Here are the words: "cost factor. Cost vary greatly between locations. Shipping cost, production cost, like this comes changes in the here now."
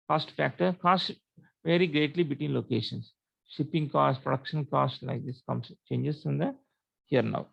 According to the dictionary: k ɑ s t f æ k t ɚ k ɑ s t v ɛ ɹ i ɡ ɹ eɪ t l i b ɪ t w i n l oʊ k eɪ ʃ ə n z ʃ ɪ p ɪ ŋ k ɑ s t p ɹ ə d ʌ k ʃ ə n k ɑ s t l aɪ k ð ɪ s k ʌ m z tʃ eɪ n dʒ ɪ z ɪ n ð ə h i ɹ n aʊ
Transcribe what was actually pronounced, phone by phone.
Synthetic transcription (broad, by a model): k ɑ s t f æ k t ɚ k ɑ s t v ɛ ɹ i ɡ ɹ eɪ t l i b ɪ t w i n l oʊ k eɪ ʃ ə n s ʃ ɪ p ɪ ŋ k ɑ s t p ɹ ə d ʌ k ʃ ə n k ɑ s t l aɪ k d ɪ s k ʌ m s tʃ eɪ n dʒ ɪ s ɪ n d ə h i ɹ n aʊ